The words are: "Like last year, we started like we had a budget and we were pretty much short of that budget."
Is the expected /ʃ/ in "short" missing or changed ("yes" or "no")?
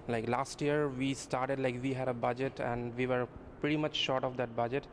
no